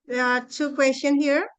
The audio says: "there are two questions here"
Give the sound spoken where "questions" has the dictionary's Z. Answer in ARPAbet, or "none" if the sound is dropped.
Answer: none